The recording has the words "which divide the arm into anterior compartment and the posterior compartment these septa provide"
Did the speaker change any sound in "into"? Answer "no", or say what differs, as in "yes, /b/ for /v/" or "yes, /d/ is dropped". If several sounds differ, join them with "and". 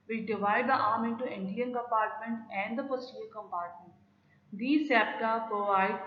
yes, /n/ is dropped